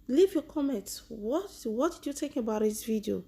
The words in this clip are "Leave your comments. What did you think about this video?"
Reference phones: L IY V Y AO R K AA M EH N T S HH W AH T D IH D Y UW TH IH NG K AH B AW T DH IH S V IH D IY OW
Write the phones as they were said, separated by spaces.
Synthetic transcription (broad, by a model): L IY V Y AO K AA M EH N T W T W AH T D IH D Y UW T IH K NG AH B AW T DH IH S V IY D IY OW